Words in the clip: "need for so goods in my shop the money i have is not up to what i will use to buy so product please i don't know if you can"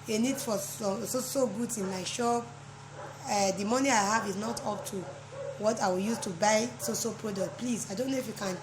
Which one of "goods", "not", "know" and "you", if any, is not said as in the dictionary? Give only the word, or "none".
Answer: goods